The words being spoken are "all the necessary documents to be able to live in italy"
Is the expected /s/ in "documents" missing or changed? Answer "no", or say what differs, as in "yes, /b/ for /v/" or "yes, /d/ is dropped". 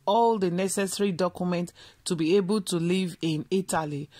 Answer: yes, /s/ is dropped